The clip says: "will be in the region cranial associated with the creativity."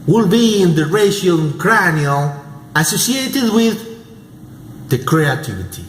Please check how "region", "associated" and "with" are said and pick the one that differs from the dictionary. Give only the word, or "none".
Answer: region